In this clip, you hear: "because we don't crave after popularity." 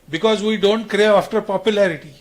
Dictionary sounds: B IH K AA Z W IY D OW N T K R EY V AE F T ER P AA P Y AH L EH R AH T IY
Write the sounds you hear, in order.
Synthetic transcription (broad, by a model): B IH K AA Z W IY D OW N T K R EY AA F T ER P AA P Y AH L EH R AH T IY